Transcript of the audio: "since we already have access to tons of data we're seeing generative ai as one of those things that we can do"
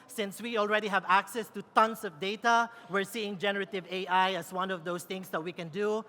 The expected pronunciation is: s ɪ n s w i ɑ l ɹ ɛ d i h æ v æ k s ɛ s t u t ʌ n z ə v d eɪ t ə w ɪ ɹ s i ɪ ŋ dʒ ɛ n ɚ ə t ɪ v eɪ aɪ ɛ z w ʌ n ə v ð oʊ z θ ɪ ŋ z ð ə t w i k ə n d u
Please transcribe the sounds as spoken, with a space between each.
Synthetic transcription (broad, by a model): s ɪ n s w i ɑ l ɹ ɛ d i h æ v æ k s ɛ s t u t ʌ n s ə v d eɪ t ə w ɪ ɹ s i ɪ ŋ dʒ ɛ n ɚ ə t ɪ v eɪ aɪ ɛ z w ʌ n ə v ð oʊ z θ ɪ ŋ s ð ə t w i k ə n d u